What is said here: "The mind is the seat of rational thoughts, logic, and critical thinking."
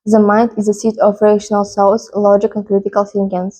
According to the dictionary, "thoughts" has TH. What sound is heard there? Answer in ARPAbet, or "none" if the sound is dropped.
S